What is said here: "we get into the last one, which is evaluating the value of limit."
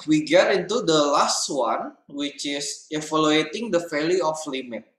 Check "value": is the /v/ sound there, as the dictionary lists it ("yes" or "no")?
no